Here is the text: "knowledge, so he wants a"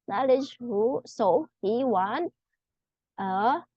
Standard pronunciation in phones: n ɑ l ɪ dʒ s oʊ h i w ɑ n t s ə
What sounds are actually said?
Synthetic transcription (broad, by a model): n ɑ l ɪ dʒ s oʊ h i w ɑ n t ə